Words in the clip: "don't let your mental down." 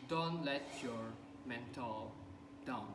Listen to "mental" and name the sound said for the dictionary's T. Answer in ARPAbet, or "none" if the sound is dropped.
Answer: T